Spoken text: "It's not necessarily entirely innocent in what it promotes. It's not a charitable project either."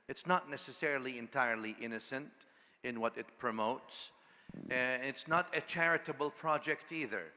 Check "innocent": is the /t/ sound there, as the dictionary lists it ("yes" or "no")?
yes